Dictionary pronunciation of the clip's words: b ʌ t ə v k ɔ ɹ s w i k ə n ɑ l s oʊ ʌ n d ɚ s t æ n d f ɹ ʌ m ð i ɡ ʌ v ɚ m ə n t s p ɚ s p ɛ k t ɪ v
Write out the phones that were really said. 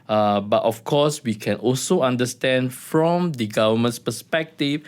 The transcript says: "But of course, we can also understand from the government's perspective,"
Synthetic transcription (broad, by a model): b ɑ t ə f k ɔ s w i k ə n ɑ l s oʊ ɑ n d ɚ s t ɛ n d f ɹ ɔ m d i ɡ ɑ v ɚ m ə n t s p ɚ s p ɛ k t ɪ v